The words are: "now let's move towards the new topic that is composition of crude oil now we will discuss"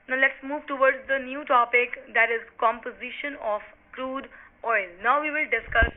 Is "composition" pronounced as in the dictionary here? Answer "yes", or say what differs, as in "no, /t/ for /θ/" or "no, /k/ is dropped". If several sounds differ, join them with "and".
yes